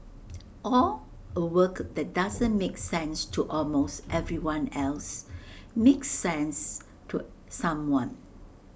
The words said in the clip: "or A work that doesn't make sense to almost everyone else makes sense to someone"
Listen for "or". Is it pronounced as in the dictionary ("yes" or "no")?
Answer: no